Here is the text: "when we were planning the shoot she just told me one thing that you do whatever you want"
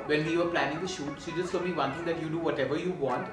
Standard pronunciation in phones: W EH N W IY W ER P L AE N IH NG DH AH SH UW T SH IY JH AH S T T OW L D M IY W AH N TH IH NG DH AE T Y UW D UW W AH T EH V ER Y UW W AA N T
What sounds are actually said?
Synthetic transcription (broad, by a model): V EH N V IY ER P L AE N IH NG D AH SH UW T S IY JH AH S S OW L M IY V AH N T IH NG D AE T Y UW D UW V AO T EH V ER Y UW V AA N T